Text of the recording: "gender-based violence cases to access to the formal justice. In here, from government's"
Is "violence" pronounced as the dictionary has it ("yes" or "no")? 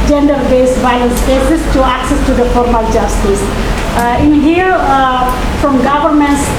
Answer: no